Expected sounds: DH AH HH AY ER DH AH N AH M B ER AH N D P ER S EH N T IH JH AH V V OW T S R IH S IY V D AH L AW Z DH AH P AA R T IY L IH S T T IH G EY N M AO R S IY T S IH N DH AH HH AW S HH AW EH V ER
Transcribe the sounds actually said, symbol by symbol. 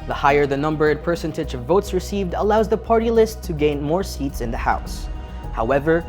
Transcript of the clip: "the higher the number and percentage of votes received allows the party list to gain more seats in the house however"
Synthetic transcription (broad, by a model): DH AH HH AY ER DH AH N AH M B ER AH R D P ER S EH N T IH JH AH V V OW T S R IH S IY V D AH L AW Z DH AH P AA R T IY L IH S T T IH G EY N M AO R S IY T S IH N DH AH HH AW S HH AW EH V ER